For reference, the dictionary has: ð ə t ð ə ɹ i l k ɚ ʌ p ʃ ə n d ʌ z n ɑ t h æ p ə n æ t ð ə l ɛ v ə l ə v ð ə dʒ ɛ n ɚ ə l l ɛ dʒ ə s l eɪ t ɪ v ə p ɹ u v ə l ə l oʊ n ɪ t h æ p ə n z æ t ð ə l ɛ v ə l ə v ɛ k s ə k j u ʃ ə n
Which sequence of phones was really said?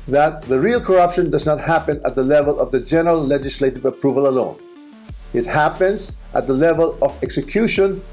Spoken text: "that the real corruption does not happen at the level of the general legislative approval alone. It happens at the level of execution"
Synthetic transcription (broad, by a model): ð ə t ð ə ɹ i l k ɚ ʌ p ʃ ə n d ʌ z n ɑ t h æ p ə n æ t ð ə l ɛ v ə l ə v ð ə dʒ ɛ n ɚ ə l l ɛ dʒ ə s l eɪ t ɪ v ə p ɹ u v ə l ə l oʊ n ɪ t h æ p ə n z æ t ð ə l ɛ v ə l ə v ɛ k s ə k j u ʃ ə n